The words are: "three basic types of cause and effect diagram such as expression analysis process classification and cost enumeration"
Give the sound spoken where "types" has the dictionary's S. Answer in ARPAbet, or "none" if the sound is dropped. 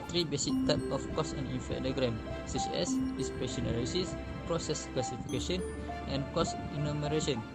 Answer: none